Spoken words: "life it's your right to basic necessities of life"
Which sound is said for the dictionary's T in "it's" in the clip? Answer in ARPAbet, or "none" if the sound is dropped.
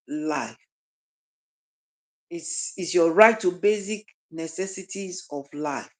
S